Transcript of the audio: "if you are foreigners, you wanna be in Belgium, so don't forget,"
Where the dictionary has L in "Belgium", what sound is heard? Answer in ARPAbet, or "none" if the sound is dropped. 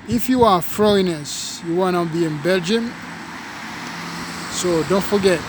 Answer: L